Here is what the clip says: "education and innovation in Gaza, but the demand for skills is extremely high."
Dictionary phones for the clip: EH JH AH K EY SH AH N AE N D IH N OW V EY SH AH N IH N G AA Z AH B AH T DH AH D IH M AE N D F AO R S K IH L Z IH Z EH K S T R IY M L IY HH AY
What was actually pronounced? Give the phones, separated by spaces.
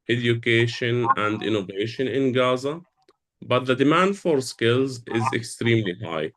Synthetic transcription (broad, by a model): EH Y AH K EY SH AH N AE N D IH N OW V EY SH AH N IH N G AA Z AH B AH T DH AH D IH M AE N D F AO R S K IH L Z IH Z EH K S T R IY M L IY HH AY